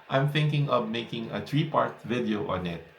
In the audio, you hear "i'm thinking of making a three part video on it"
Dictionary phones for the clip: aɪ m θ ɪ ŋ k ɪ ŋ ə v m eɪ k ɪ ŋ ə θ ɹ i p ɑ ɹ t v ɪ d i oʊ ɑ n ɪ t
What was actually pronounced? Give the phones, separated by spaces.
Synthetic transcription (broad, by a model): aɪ m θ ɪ ŋ k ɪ ŋ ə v m eɪ k ɪ ŋ ə t ɹ i p ɑ ɹ t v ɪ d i oʊ ɑ n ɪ t